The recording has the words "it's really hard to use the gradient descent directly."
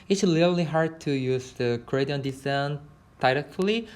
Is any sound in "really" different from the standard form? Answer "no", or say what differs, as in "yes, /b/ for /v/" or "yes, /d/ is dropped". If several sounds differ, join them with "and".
yes, /l/ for /ɹ/